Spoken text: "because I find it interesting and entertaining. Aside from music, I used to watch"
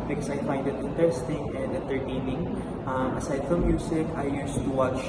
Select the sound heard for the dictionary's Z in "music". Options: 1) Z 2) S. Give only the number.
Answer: 2